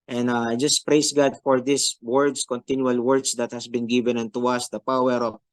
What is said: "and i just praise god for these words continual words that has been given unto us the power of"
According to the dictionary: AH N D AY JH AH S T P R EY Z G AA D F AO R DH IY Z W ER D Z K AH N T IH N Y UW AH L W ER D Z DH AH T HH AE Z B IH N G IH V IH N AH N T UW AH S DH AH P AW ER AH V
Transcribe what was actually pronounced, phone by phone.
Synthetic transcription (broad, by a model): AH N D AY JH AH S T P R EY S G AA D F AO R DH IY S W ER D S K AH N T IH N Y UW AH L W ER D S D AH T HH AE S B IH N G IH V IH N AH N T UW AH S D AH P AW ER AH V